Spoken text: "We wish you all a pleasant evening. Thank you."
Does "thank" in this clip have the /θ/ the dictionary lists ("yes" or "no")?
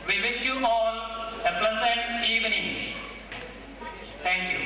no